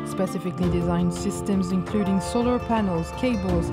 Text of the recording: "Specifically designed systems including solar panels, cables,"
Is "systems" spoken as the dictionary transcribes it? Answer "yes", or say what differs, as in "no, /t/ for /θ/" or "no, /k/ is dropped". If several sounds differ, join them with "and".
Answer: yes